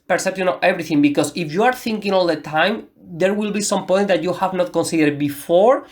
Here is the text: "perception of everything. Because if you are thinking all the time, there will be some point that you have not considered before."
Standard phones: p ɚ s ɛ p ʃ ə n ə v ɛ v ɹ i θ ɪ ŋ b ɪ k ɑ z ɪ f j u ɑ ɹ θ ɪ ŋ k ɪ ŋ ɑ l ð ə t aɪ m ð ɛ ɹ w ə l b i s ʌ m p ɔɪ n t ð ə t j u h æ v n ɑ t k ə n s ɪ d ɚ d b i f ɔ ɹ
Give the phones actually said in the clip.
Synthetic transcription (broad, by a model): p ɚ s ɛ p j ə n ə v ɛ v ɹ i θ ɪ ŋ b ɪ k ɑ s ɪ f j u ɑ ɹ θ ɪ ŋ k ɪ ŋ ɑ l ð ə t aɪ m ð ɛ ɹ w ə l b i s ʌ m p ɔɪ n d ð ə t j u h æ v n ɑ t k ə n s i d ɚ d b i f ɔ ɹ